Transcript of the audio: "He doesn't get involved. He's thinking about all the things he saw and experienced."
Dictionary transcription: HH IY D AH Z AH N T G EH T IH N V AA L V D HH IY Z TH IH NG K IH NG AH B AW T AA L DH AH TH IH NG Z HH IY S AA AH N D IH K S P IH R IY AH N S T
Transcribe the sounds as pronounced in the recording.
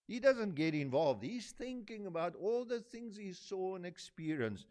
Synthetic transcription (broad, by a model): HH IY D AH Z AH N T G EH T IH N V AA L V D HH IY Z TH IH NG K IH NG AH B AW T AA L DH AH TH IH NG Z HH IY S AA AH N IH K S P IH R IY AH N S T